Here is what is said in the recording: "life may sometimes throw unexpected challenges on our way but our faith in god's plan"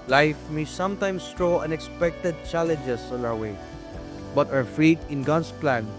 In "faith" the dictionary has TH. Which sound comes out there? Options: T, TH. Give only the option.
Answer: T